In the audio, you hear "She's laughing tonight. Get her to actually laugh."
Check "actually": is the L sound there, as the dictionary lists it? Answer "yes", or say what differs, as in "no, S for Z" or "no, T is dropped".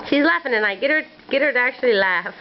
yes